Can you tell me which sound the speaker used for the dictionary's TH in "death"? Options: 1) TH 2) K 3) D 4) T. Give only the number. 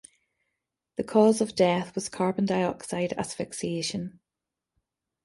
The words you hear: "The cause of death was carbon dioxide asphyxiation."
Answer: 1